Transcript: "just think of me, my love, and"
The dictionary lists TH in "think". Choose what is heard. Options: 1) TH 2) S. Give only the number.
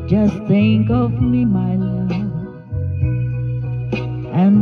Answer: 2